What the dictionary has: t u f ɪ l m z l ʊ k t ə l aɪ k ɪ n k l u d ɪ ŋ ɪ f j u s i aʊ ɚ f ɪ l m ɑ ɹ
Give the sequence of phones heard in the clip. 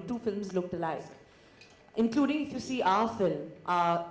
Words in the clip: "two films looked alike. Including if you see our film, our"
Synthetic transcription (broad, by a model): t u f ɪ l m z l ʊ k t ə l aɪ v ɪ n k l u d ɪ ŋ ɪ f j u s i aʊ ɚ f ɪ l m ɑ